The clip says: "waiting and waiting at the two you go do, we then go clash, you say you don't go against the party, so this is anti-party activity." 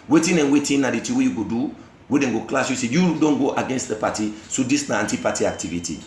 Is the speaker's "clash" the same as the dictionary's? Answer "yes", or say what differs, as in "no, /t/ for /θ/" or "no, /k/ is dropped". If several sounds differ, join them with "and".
no, /s/ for /ʃ/